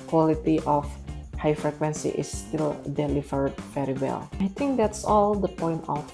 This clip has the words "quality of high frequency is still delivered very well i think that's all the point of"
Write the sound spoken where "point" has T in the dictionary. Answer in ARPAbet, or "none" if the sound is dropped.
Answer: T